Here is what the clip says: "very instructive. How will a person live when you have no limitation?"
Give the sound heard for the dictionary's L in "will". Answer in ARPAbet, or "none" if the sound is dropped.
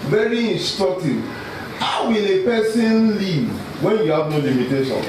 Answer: L